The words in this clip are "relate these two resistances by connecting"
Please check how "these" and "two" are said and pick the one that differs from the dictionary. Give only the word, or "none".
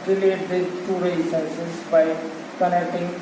these